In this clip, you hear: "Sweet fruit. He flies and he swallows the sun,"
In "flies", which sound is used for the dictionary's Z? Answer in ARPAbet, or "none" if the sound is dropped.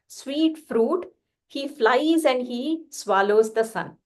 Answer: Z